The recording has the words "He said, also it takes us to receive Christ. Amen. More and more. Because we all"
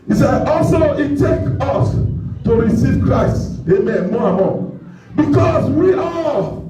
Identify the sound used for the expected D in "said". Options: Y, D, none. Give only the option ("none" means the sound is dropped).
none